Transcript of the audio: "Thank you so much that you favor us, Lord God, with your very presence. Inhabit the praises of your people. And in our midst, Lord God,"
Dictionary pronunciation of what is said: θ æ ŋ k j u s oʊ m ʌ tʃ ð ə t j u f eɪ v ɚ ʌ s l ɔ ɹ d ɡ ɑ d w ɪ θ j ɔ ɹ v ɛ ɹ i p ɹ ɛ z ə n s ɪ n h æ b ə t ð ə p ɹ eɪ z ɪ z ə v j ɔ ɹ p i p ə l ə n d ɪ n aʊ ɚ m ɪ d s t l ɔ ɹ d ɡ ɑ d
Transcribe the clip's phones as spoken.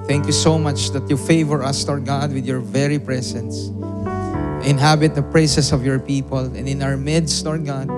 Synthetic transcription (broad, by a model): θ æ ŋ k j u s oʊ m ʌ tʃ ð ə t j u f eɪ v ɚ ʌ s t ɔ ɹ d ɡ ɑ d w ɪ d j ɔ ɹ v ɛ ɹ i p ɹ ɛ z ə n s ɪ n h æ b ə t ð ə p ɹ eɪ s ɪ s ə v j ɔ ɹ p i p ə l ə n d ɪ n aʊ ɚ m ɪ d s t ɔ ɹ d ɡ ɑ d